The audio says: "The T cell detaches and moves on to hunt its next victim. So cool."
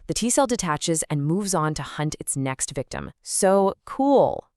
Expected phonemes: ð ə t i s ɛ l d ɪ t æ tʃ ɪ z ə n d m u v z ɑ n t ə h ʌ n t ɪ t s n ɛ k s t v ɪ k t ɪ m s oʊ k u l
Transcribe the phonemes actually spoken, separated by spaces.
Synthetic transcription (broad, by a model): ð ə t i s ɛ l d ɪ t æ tʃ ɪ z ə n m u v z n t ə h ʌ n t ɪ t s n ɛ k s t v ɪ k t ɪ m s oʊ k u l